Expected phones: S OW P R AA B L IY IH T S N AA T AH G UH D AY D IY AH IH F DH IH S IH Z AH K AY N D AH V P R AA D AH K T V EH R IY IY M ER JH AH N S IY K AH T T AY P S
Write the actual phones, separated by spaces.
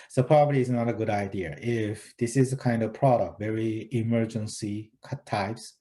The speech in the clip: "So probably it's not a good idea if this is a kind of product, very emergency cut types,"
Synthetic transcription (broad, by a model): S OW P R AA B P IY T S N AA T AH G UH D AY D IY AH IH F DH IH S IH Z AH K AY N D AH V P R AA D AH K T V EH R IY IY M ER JH AH N S IY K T T AY P S